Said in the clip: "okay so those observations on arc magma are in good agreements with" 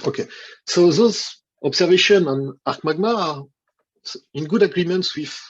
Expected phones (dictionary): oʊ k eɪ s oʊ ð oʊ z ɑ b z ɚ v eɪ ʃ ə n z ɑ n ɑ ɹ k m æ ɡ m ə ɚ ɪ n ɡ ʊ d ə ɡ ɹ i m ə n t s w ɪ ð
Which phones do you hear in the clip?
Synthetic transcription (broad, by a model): oʊ k eɪ s oʊ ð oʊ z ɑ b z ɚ v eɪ ʃ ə n ɑ n ɑ ɹ k m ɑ ɡ m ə ɪ n ɡ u d ə ɡ ɹ i m ə n t s w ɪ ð